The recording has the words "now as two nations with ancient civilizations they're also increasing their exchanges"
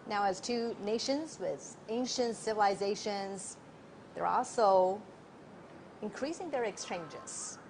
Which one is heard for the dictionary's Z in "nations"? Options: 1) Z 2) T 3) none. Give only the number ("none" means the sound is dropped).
1